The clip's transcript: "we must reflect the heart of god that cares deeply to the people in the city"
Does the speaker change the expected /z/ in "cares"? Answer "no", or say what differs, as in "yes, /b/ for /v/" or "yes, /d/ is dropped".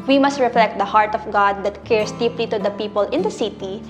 yes, /s/ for /z/